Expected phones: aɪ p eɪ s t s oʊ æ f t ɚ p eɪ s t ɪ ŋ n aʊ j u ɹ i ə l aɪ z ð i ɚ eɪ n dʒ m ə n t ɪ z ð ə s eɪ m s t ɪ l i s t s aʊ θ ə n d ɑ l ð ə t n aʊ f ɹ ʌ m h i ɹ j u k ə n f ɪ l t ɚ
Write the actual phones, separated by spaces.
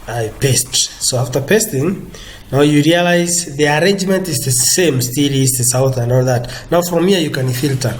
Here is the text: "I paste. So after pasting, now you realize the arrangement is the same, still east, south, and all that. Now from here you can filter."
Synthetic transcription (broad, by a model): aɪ p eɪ s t s oʊ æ f t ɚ p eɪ s t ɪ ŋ n aʊ j u ɹ i ə l aɪ z ð i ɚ eɪ n dʒ m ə n t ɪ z ð ə s eɪ m s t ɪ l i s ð s aʊ θ ə n d ɑ l ð ə t n aʊ f ɹ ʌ m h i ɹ j u k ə n f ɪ l t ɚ